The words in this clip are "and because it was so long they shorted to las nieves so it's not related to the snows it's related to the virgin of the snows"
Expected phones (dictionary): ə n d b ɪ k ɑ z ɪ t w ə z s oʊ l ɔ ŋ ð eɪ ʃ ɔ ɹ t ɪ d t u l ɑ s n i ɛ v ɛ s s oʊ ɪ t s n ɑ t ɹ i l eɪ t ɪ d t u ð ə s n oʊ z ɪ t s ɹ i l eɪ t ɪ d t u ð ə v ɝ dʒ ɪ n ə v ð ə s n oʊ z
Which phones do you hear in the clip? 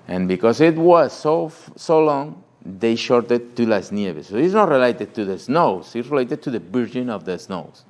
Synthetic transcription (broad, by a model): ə n b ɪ k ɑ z ɪ t w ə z s oʊ l ɔ ŋ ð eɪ ʃ ɔ ɹ t ɪ d t u l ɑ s n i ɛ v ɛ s s oʊ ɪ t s n ɑ t ɹ i l eɪ t ɪ d t u ð ə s n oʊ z ɪ t s ɹ i l eɪ t ɪ d t u ð ə b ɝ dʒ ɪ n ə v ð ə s n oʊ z